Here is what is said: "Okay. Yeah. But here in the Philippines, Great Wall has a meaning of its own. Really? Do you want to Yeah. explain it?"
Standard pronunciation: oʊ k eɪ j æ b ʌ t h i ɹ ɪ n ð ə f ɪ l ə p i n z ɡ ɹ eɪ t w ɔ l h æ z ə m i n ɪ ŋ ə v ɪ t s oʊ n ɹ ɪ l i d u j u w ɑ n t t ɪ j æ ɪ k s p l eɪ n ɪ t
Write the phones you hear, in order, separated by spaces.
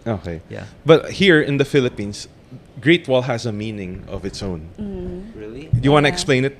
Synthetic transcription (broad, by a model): oʊ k eɪ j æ b ʌ t h i ɹ ɪ n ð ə f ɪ l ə p i n s ɡ ɹ eɪ t w ɔ l h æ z ə m i n ɪ ŋ ə v ɪ t s oʊ n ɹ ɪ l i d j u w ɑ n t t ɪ ɪ k s p l eɪ n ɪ t